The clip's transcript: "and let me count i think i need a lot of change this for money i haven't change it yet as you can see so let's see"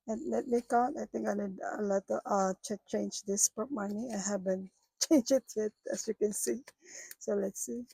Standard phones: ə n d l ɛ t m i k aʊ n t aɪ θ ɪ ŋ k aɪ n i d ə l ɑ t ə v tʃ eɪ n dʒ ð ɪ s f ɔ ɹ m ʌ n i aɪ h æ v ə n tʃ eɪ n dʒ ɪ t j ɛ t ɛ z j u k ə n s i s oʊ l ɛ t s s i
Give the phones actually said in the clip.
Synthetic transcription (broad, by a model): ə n l ɛ t m i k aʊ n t aɪ t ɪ ŋ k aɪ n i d ə l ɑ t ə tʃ tʃ eɪ n dʒ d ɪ s p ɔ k m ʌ n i aɪ h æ b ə n tʃ eɪ n dʒ ɪ t j ɛ t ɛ s j u k ə n s i s oʊ l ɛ t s s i